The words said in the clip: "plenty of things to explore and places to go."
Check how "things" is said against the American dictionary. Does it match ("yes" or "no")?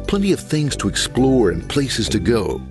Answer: yes